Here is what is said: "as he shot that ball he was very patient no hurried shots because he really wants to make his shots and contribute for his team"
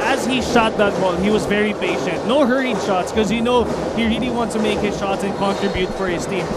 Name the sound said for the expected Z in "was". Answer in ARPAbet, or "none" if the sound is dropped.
Z